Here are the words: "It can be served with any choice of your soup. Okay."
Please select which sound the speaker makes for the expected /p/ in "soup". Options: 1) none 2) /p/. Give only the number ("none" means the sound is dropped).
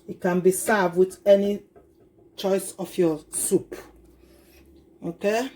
2